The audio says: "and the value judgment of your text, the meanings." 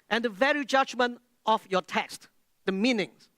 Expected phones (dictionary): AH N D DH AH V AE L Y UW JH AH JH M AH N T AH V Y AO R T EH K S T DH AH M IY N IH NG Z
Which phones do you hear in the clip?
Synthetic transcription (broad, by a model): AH N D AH V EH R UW JH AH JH M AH N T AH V Y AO T EH K S T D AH M IY N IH NG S